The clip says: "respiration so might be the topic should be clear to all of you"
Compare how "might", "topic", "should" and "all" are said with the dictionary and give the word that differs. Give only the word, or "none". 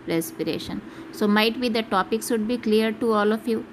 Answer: should